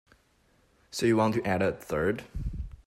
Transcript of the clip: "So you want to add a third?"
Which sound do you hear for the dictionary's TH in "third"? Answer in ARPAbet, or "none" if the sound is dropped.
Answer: TH